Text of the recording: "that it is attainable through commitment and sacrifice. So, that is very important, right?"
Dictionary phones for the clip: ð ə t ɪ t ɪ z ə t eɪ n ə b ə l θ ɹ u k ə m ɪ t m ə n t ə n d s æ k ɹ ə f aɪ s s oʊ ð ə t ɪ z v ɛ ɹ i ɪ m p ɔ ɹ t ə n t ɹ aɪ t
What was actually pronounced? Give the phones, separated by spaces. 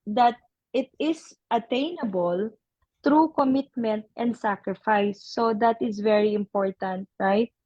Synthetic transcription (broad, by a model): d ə t ɪ t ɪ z ə t eɪ n ə b ə l t ɹ u k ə m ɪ t m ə n t ə n d s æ k ɹ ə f aɪ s s oʊ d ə t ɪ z v ɛ ɹ i ɪ m p ɔ ɹ t ə n t ɹ aɪ t